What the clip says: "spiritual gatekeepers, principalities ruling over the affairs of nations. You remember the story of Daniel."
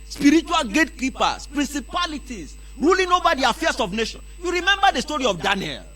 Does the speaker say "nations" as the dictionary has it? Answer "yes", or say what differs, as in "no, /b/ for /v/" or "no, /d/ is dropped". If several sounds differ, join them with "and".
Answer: no, /z/ is dropped